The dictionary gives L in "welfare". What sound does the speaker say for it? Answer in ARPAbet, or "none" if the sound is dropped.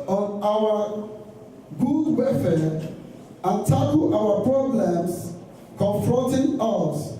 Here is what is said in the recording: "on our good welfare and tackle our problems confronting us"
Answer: none